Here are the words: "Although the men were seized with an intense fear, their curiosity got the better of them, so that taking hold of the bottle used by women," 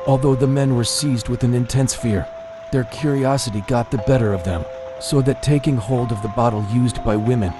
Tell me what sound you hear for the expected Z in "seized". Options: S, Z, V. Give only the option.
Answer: Z